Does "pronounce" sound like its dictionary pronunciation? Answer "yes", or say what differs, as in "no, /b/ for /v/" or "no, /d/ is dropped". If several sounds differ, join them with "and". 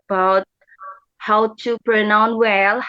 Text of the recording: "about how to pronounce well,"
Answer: no, /s/ is dropped